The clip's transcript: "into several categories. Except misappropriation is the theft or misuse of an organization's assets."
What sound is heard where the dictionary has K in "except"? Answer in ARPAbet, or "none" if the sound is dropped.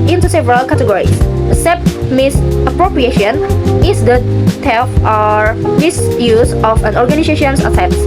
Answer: none